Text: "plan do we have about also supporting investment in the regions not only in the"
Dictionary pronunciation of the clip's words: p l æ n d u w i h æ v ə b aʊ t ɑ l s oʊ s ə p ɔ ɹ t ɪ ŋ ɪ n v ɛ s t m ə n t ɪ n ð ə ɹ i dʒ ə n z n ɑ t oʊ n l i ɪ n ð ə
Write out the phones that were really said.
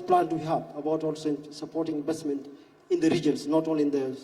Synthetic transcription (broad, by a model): p l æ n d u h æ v ə b aʊ t ɑ l s oʊ s ə p ɔ ɹ t ɪ ŋ ɪ n v ɛ s t m ə n t ɪ n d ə ɹ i dʒ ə n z n ɑ t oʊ l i ɪ n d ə